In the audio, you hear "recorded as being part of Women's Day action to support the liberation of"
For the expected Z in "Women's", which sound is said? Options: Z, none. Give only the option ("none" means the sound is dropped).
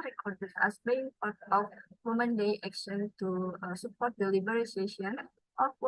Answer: none